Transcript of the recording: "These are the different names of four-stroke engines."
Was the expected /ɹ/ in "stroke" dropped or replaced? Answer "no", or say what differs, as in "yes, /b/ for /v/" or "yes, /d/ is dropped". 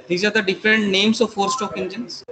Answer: yes, /ɹ/ is dropped